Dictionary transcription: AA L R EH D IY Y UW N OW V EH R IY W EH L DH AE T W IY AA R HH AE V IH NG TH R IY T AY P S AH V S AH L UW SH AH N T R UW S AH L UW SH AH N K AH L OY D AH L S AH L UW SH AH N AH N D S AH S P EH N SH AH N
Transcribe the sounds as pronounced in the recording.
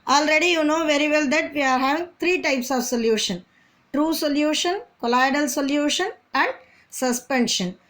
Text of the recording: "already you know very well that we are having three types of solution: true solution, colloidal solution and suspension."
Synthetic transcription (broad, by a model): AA L R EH D IY Y UW N OW V EH R IY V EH L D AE T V IY AA R HH AE V IH NG T R IY T AY P S AH V S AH L UW SH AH N T R UW S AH L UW SH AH N K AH L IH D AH L S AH L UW SH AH N AH N D S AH S P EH N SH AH N